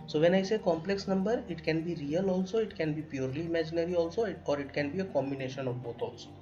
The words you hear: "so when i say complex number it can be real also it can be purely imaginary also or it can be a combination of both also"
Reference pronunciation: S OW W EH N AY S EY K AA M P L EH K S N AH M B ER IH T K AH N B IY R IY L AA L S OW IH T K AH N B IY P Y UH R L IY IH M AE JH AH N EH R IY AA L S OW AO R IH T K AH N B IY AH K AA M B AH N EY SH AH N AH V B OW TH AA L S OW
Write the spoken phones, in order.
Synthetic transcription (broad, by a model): S OW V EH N AY S EY K AA M P L EH K S N AH M B ER IH T K AH N B IY R IY L AA L S OW IH T K AH N B IY P Y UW R L IY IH M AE JH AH N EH R IY AA L S OW AO R IH T K AH N B IY AH K AA M B AH N EY SH AH N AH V B OW T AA L S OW